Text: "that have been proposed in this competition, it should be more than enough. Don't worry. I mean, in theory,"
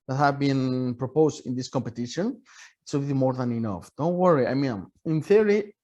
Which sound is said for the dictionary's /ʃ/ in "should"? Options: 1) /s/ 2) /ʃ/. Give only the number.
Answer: 1